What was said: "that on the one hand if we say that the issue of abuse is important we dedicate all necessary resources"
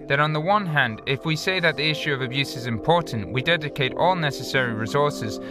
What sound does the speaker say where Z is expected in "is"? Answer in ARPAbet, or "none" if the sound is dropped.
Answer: Z